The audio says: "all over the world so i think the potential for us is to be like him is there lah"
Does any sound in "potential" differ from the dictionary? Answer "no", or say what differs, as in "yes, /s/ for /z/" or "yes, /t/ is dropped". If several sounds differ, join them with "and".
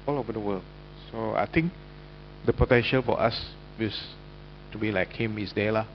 no